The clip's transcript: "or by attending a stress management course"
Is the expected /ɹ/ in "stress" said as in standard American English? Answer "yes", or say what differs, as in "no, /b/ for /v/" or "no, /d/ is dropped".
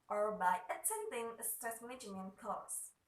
no, /ɹ/ is dropped